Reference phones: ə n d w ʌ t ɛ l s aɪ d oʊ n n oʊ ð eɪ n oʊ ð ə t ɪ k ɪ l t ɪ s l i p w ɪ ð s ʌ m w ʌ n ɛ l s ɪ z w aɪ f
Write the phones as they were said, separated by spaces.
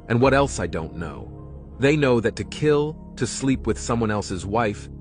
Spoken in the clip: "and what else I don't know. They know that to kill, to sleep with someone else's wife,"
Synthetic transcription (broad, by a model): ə n w ʌ t ɛ l s aɪ d oʊ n n oʊ ð eɪ n oʊ ð ə t ɪ k ɪ l t ɪ s l i p w ɪ ð s ʌ m w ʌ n ɛ l s ɪ z w aɪ f